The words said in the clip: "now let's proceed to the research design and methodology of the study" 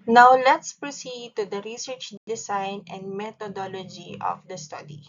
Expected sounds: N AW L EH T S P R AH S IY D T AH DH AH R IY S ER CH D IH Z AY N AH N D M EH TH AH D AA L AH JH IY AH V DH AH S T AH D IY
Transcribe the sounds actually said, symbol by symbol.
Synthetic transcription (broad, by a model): N AW L EH T S P R AH S IY D T AH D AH R IY S ER CH D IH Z AY N AH N D M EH T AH D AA L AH JH IY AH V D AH S T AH D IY